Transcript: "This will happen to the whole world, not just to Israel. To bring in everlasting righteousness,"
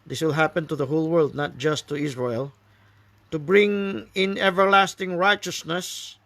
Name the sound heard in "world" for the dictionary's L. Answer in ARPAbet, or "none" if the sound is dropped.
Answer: L